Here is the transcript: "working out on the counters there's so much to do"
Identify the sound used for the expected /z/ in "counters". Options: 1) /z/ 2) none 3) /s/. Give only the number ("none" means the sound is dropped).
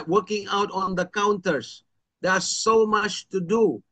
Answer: 3